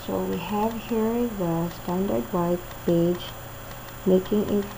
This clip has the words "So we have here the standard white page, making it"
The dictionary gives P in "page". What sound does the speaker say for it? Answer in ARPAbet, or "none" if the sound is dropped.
B